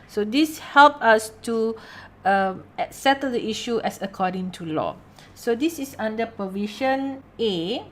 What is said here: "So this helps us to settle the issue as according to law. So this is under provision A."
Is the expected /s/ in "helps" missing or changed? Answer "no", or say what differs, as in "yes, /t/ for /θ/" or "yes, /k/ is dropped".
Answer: yes, /s/ is dropped